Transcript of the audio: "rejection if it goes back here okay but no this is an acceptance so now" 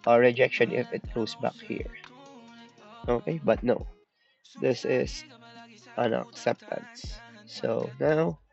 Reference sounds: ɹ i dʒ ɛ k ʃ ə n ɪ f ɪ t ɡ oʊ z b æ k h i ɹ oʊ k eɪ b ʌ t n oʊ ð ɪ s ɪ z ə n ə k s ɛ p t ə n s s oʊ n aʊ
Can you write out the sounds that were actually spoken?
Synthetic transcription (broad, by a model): ɹ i dʒ ɛ k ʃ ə n ɪ f ɪ t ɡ oʊ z b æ k h i ɹ oʊ k eɪ b ʌ t n oʊ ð ɪ s ɪ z ə n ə k s ɛ p t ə n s s oʊ n aʊ